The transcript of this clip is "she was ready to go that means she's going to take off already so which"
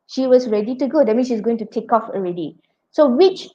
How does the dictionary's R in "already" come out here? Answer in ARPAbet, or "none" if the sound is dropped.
R